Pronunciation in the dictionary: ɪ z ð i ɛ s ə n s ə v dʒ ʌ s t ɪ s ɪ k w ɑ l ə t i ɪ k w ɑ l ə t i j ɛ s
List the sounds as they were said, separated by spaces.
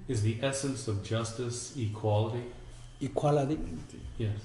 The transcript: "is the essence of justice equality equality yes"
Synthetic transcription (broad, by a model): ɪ z ð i ɛ s ə n s ə v dʒ ʌ s t ɪ s ɪ k w ɑ l ə t i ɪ k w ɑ l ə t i j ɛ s